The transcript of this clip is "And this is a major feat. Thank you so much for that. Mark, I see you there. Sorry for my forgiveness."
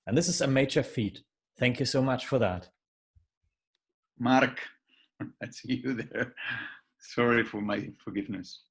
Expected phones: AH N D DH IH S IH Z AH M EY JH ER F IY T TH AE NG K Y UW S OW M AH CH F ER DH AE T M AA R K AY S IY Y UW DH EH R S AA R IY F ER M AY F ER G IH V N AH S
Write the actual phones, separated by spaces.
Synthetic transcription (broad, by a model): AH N DH IH S IH Z AH M EY JH ER F IY T TH AE NG K Y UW S OW M AH CH F ER DH AE T M AA R K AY S IY Y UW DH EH R S AA R IY F ER M AY F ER G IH V N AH S